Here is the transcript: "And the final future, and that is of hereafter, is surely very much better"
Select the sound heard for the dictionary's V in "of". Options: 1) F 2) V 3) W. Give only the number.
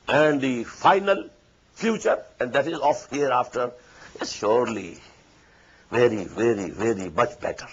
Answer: 1